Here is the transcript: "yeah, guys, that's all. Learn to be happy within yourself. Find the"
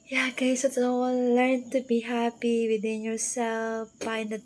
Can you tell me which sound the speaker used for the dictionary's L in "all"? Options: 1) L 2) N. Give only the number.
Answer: 2